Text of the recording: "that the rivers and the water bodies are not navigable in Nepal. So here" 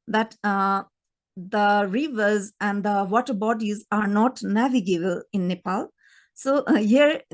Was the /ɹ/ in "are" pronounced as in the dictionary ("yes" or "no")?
yes